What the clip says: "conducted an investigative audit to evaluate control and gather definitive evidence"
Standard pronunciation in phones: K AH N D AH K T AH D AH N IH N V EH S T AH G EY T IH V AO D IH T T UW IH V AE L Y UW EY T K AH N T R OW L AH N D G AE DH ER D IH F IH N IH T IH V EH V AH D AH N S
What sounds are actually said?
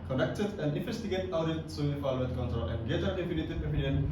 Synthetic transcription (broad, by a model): K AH N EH K T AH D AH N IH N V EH S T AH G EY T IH UH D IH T S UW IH F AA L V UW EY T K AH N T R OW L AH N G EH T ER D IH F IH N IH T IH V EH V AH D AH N